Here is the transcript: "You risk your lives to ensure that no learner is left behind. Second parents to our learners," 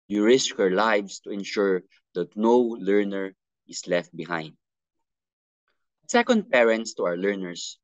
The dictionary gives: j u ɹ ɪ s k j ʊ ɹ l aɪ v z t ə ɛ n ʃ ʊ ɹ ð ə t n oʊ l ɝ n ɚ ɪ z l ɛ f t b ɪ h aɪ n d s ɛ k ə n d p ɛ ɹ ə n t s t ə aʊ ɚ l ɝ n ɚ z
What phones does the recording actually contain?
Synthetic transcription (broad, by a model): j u ɹ ɪ s k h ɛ ɹ l aɪ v s t ə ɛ n ʃ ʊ ɹ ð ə t n oʊ l ɝ n ɚ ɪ s l ɛ f t b ɪ h aɪ n d s ɛ k ə n d p ɛ ɹ ə n t s t ə aʊ ɚ l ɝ n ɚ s